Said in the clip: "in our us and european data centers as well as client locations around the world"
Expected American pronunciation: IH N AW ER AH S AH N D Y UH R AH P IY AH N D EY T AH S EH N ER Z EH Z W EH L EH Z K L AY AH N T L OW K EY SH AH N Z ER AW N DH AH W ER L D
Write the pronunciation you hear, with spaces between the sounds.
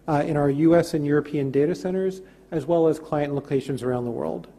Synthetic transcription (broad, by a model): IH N AW ER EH S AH N Y UH R AH P IY AH N D EY T AH S EH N ER Z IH Z W EH L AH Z K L AY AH N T L OW K EY SH AH N Z ER AW N DH AH W ER L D